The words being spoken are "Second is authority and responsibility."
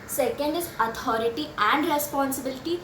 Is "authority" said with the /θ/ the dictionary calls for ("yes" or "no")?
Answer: no